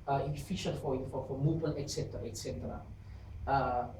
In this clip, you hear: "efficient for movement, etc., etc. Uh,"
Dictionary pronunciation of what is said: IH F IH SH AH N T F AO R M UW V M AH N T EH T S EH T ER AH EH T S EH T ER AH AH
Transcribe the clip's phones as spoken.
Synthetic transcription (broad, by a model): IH F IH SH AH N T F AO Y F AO F M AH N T EH T S EH T ER AH EH T S EH T ER AH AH